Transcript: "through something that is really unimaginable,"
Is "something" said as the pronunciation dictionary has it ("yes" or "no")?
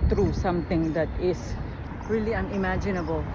no